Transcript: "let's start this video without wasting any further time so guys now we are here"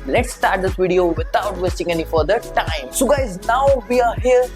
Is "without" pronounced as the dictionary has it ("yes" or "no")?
no